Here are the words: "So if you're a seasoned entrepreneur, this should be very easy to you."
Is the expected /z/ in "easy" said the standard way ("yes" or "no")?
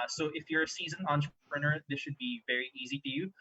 yes